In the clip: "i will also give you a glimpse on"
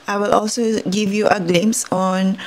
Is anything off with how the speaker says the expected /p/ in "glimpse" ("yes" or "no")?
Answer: yes